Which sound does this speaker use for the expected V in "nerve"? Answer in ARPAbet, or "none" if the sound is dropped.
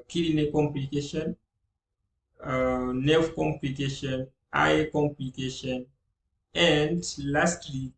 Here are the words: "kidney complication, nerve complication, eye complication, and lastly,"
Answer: F